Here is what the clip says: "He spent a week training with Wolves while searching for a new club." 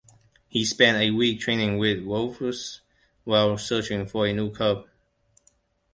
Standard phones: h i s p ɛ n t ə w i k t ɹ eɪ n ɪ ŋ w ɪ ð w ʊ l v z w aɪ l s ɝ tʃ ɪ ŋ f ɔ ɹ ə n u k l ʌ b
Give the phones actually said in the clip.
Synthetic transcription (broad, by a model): h i s p ɛ n t ə w i k t ɹ eɪ n ɪ ŋ w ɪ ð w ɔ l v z w aɪ l s ɝ tʃ ɪ ŋ f ɔ ɹ ə n u k ʌ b